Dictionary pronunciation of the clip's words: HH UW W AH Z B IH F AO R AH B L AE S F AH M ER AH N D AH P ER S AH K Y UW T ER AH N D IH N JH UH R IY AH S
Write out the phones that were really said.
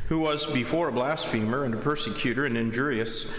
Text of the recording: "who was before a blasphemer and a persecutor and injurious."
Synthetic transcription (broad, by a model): HH UW W AH Z B IH F AO R AH B L AE S F AH M ER AH N D AH P ER S AH K Y UW T ER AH N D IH N JH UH R IY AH S